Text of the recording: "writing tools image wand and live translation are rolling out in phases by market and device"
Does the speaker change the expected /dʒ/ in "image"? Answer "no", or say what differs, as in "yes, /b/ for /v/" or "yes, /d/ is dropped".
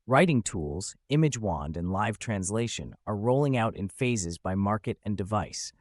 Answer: no